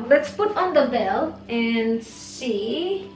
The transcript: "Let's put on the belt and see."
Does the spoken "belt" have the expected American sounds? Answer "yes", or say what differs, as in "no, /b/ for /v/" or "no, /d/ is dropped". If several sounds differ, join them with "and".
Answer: no, /t/ is dropped